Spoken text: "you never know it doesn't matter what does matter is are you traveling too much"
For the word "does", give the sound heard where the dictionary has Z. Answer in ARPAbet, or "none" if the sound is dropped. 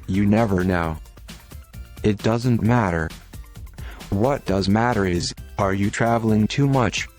Z